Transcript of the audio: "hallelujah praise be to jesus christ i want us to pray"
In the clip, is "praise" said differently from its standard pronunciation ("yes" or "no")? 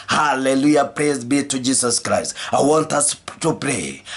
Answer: no